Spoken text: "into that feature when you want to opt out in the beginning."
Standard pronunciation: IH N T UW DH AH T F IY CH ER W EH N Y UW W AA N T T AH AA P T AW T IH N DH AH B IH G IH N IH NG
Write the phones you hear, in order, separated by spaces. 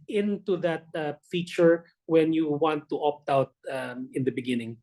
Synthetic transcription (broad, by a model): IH N T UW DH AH T F IY CH ER W EH N Y UW W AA N T T AA P T AW T IH N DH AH B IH G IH N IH NG